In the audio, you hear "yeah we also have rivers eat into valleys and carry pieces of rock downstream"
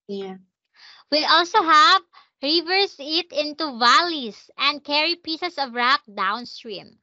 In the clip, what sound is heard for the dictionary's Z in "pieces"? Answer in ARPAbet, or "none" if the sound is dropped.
S